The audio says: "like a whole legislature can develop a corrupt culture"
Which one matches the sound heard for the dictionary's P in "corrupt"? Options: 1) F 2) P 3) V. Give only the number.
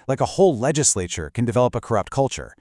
2